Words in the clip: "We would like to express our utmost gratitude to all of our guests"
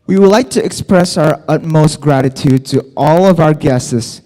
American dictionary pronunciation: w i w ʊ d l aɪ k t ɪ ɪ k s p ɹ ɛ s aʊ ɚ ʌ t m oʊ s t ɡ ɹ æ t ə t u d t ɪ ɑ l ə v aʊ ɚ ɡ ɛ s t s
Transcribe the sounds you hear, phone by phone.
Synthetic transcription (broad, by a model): w i w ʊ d l aɪ k t ɪ ɪ k s p ɹ ɛ s aʊ ɚ ʌ t m oʊ s t ɡ ɹ æ t ə t u d t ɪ ɑ l ə v aʊ ɚ ɡ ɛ s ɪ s